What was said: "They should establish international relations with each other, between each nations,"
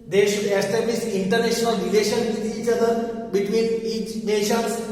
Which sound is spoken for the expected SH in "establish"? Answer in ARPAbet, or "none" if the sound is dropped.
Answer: S